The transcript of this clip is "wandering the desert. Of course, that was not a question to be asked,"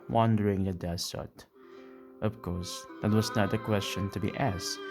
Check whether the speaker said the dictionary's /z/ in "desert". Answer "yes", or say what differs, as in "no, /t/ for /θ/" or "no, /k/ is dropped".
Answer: no, /s/ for /z/